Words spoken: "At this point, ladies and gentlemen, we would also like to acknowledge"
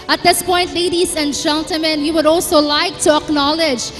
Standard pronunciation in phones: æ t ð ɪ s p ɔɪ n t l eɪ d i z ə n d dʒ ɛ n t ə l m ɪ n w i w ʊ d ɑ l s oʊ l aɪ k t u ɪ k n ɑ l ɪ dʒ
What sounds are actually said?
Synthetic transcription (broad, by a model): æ t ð ɪ s p ɔɪ n t l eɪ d i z ə n d dʒ ɛ n t ə l m ɪ n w i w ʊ d ɑ l s oʊ l aɪ k t u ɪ k n ɑ l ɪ dʒ